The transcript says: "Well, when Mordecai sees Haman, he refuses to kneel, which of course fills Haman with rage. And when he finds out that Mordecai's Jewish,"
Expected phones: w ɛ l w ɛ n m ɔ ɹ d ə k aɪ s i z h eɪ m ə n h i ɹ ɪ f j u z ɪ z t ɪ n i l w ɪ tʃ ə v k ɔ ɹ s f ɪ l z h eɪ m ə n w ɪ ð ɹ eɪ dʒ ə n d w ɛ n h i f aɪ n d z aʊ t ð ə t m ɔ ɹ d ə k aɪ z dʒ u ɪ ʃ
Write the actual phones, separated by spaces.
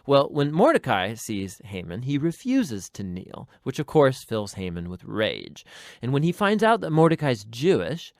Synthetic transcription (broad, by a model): w ɛ l w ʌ n m ɔ ɹ d ə k aɪ s i z h eɪ m ə n i ɹ ɪ f j u z ɪ z t ɪ n i l w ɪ tʃ ə v k ɔ ɹ s f ɪ l z h eɪ m ə n w ɪ ð ɹ eɪ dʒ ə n w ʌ n i f aɪ n d z aʊ t ð ə t m ɔ ɹ d ə k aɪ z dʒ u ɪ ʃ